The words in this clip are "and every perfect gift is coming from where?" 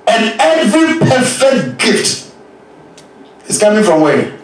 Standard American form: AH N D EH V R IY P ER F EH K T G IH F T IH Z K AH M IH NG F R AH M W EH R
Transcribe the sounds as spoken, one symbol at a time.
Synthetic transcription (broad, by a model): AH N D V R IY P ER F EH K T G IH F T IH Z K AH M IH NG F R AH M W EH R